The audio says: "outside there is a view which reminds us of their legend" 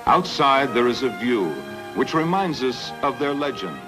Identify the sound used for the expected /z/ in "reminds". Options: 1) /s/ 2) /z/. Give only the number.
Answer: 2